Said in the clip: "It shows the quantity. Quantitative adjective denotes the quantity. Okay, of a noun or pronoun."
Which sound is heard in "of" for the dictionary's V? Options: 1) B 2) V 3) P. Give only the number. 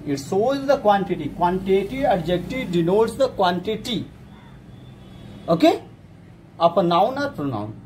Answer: 3